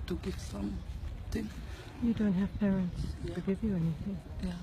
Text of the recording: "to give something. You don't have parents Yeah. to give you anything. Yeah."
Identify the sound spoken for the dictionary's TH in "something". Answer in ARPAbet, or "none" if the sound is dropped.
T